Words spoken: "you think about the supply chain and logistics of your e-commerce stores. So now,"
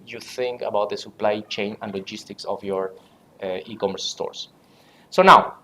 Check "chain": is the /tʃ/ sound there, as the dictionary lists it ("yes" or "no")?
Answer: yes